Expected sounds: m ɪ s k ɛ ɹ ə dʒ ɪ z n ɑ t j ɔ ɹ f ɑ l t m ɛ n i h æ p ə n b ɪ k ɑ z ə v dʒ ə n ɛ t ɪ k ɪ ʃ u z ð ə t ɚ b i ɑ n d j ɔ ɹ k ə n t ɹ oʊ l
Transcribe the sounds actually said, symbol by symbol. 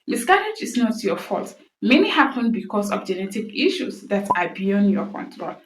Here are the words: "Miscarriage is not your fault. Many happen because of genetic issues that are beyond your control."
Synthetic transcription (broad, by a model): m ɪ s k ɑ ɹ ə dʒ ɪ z n ɑ t j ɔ f ɑ l t m ɛ n i h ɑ p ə n b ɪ k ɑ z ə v dʒ ə n ɛ t ɪ k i ʃ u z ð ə t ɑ b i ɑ n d j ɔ k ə n t ɹ oʊ l